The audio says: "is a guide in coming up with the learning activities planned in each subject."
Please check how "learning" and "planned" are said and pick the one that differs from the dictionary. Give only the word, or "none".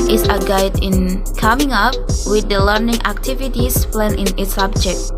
planned